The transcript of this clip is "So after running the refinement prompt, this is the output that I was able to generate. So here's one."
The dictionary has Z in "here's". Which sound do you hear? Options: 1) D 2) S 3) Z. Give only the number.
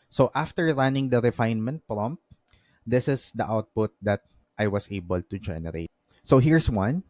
2